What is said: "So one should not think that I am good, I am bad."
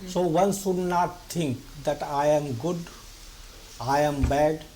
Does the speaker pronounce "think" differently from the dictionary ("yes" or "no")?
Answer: yes